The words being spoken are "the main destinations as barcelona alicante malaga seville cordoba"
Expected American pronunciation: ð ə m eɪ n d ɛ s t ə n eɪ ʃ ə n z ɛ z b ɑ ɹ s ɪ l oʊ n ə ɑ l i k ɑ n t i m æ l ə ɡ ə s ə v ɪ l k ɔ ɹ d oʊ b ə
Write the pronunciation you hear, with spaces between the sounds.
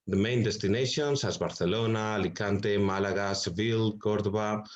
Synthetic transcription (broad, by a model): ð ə m eɪ n d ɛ s t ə n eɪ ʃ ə n s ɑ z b ɑ ɹ θ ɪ l oʊ n ɑ l i k ɑ n t i m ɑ l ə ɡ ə s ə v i l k ɔ ɹ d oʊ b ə